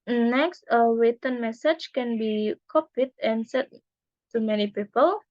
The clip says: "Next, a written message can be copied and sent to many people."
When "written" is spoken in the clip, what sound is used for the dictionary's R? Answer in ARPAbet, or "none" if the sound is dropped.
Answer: W